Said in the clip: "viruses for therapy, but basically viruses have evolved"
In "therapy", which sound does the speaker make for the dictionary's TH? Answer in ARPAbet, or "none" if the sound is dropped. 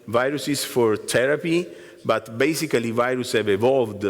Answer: T